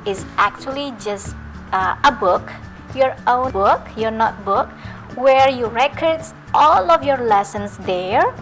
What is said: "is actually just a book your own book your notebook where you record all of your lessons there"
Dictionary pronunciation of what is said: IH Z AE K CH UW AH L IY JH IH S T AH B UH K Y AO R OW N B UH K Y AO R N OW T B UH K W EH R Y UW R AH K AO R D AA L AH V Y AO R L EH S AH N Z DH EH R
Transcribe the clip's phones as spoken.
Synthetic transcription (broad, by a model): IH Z AE K CH UW AH L IY JH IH S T AH B UH K Y AO R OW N B UH K Y AO R N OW T B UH K W EH R Y UW R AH K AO R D AA L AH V Y AO R L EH S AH N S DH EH R